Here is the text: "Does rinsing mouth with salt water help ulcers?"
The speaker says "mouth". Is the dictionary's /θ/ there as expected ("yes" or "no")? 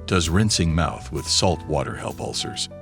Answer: yes